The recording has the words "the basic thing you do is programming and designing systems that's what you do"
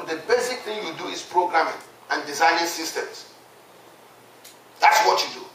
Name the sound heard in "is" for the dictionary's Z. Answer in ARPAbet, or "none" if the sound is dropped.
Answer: S